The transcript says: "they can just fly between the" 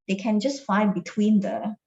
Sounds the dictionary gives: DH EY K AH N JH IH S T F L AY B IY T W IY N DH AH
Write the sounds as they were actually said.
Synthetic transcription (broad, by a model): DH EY K AH N JH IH S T F AY B IY T W IY N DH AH